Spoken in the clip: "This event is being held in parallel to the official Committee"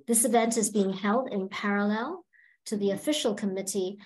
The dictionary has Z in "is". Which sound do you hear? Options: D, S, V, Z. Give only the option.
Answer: Z